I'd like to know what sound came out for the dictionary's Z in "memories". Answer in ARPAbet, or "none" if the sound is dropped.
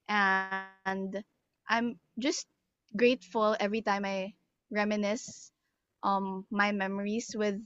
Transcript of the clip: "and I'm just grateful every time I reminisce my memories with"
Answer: S